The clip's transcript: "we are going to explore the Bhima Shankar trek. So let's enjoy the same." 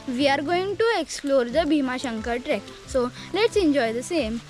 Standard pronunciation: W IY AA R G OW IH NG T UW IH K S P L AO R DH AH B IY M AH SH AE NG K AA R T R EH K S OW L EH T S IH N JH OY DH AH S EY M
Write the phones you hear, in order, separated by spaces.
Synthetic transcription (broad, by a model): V IY AA R G OW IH NG T UW IH K S P L AO R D AH B IY M AH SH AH NG K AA R T R EH K S OW L EH T S IH N JH OY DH AH S EY M